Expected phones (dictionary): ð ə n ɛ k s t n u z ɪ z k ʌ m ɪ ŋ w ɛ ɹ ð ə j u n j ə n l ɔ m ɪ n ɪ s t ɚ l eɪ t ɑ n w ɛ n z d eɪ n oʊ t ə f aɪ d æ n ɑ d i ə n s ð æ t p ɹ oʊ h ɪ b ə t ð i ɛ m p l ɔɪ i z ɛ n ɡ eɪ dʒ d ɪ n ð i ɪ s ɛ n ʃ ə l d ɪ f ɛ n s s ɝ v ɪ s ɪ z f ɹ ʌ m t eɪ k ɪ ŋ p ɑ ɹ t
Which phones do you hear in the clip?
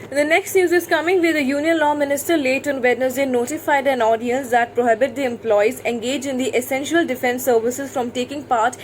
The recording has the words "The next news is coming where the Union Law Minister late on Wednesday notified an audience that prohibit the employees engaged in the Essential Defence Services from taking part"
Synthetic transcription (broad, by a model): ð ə n ɛ k s t n u z ɪ z k ʌ m ɪ ŋ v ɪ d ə j u n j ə n l ɔ m ɪ n ɪ s t ɚ l eɪ t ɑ n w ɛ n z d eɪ n oʊ t ə f aɪ d æ n ɑ d i ə n s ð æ t p ɹ oʊ h ɪ b ə t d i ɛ m p l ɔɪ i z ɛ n ɡ eɪ dʒ ɪ n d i ɪ s ɛ n ʃ ə l d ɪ f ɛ n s s ɝ v ɪ s ɪ z f ɹ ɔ m t eɪ k ɪ ŋ p ɑ ɹ t